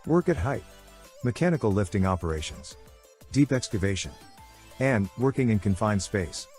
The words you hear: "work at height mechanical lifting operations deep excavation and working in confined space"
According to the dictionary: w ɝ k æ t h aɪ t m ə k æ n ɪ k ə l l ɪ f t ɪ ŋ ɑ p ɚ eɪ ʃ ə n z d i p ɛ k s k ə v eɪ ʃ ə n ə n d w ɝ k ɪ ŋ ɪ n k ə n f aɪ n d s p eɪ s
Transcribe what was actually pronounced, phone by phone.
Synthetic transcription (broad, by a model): w ɝ k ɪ t h aɪ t m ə k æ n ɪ k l l ɪ f t ɪ ŋ ɑ p ɚ eɪ ʃ ə n z d i p ɛ k s k ə v eɪ ʃ ə n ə n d w ɝ k ɪ ŋ ɪ n k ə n f aɪ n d s p eɪ s